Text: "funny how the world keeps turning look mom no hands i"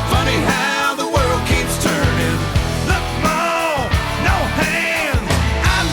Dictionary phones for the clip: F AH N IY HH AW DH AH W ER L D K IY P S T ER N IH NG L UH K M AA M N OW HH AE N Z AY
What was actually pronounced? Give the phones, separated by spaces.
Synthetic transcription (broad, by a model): F AH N IY HH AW DH AH W ER L D K IY P S T ER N IH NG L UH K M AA N OW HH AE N AY